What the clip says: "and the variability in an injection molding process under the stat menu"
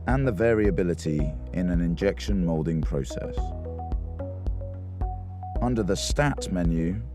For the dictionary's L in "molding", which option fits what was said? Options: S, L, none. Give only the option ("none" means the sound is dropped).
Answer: L